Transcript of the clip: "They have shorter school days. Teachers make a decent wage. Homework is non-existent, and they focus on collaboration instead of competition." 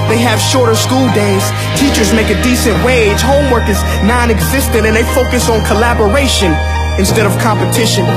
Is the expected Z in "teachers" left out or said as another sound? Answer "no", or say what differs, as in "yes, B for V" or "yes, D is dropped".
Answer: no